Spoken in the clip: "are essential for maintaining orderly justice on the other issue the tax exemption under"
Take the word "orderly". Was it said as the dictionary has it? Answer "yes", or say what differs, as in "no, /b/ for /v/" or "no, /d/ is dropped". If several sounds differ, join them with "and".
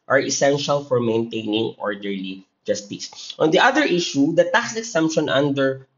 yes